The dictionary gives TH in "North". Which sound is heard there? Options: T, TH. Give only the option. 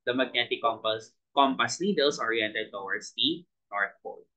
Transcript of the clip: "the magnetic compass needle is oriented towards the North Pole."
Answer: T